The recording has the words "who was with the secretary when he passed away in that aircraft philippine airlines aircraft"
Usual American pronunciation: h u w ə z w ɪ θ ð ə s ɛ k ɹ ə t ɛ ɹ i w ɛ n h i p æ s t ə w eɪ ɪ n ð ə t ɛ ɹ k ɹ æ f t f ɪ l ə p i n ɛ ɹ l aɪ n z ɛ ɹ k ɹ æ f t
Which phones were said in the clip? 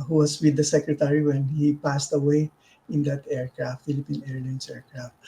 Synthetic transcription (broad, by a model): h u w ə s w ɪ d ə s ɛ k ɹ ə t ɛ ɹ i w ɛ n h i p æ s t ə w eɪ ɪ n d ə t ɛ ɹ k ɹ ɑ f t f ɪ l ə p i n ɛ ɹ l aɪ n s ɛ ɹ k ɹ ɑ f t